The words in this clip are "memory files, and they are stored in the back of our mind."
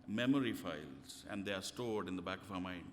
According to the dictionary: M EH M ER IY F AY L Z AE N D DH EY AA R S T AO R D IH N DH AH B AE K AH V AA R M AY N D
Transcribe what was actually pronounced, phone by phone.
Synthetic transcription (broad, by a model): M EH M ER IY F AY L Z AE N D EY AA R S T AO R D IH N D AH B AE K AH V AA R M AY N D